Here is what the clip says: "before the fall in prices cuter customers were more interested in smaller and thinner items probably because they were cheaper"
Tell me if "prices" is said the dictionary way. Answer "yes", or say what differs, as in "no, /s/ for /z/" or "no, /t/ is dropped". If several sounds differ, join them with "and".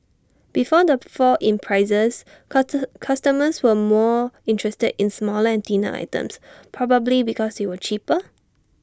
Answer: no, /s/ is dropped